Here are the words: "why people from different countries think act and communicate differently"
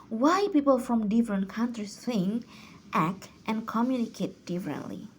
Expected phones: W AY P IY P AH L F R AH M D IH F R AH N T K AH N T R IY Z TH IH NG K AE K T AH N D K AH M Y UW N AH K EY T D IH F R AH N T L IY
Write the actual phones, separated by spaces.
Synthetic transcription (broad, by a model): W AY P IY P AH L F R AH M D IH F R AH N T K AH N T R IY S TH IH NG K AE K T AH N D K AH M Y UW N AH K EY T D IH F R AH N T L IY